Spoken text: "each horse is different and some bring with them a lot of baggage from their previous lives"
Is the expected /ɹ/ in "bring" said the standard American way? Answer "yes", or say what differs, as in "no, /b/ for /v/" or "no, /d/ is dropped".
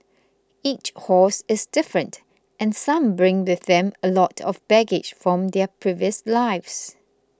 yes